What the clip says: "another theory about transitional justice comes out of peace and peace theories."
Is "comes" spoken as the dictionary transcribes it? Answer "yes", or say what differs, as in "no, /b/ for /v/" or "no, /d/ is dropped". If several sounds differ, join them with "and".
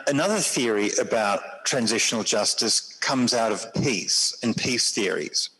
yes